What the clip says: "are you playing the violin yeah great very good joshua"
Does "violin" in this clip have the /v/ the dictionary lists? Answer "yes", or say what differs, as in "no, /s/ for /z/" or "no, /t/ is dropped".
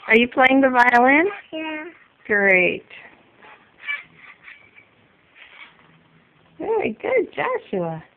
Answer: yes